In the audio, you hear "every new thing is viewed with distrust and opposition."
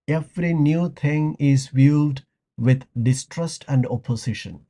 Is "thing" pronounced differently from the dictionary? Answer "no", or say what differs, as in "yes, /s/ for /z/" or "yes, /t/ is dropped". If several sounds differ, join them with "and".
yes, /t/ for /θ/